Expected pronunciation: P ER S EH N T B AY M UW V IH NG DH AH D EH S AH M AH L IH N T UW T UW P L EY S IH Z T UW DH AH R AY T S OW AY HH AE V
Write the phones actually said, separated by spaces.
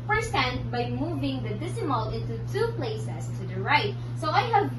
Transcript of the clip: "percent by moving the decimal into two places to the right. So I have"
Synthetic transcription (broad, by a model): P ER S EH N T B AY M UW V IH NG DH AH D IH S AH M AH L IH N T UW T UW P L EY S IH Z T UW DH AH R AY T S OW AY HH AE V